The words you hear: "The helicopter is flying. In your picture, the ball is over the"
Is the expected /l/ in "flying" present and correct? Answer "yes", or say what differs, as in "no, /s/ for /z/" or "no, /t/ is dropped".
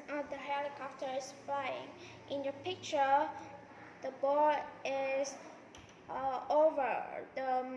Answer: no, /l/ is dropped